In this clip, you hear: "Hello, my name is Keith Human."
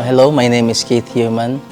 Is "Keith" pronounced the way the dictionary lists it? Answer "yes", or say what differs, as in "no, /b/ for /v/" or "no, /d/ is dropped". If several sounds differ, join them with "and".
no, /t/ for /θ/